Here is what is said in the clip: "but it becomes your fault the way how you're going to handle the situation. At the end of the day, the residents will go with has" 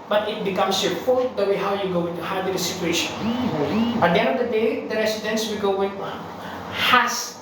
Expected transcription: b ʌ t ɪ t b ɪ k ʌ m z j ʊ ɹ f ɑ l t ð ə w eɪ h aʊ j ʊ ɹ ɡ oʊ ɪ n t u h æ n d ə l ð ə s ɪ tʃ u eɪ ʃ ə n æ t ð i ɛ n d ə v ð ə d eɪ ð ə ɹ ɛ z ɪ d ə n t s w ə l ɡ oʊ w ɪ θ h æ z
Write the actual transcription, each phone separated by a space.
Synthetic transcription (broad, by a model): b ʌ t ɪ t b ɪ k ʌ m s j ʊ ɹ f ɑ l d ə w eɪ h aʊ j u ɡ oʊ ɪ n t u h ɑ d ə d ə s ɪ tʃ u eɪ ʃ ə n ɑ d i ɛ n d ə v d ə d eɪ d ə ɹ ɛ s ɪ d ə n s w ə l ɡ oʊ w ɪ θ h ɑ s